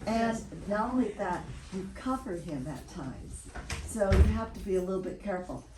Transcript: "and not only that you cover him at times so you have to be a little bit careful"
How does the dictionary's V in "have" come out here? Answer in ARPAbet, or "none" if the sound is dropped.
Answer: F